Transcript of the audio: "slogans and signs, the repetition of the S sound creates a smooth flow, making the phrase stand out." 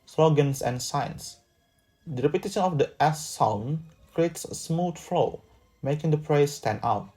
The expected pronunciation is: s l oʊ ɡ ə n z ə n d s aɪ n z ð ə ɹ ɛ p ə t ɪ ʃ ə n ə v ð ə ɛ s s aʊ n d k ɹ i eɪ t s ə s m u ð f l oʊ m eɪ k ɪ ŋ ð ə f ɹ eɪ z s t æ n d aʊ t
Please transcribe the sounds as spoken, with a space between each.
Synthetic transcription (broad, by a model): s l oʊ ɡ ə n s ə n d s aɪ n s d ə ɹ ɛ p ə t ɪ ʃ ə n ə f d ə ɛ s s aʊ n k ɹ i eɪ t s s m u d f l oʊ m eɪ k ɪ ŋ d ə p ɹ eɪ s t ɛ n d aʊ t